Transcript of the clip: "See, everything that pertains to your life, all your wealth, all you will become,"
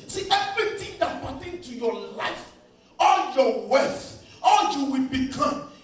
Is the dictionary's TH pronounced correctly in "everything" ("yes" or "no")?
no